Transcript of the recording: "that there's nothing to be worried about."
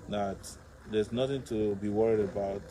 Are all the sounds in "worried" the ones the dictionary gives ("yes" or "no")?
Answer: yes